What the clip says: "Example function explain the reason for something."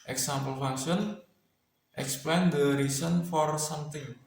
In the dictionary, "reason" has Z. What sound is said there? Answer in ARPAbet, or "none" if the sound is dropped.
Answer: S